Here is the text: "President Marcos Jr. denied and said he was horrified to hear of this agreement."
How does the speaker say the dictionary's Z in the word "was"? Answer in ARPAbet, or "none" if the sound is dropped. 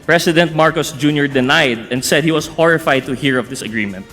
S